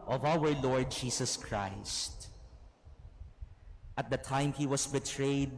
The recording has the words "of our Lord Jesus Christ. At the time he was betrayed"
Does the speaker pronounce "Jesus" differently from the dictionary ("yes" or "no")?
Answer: yes